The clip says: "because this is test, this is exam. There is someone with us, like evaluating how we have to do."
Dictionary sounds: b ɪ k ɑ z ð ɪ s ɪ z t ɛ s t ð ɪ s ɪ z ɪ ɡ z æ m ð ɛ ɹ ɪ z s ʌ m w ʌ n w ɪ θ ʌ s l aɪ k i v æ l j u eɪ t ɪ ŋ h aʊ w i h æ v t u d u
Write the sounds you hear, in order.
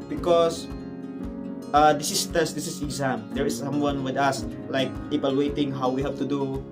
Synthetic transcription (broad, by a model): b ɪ k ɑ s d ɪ s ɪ s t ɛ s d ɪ s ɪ s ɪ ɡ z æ m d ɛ ɹ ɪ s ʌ m w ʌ n w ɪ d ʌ s l aɪ k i p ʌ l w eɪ t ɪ ŋ h aʊ w i h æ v t u d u